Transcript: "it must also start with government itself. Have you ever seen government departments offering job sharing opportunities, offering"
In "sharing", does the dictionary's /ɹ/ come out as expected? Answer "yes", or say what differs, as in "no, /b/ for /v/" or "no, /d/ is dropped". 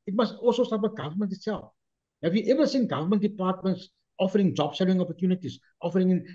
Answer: no, /l/ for /ɹ/